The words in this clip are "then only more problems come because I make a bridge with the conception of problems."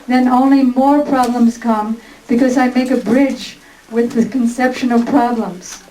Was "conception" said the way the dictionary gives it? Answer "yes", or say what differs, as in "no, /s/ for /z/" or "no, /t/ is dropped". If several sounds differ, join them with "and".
yes